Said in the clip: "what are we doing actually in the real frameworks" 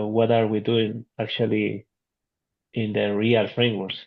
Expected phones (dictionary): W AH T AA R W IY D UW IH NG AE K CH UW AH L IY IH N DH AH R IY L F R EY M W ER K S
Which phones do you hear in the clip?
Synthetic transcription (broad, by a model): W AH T AA R W IY D UW IH NG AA K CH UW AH L IY IH N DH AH R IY L F R EY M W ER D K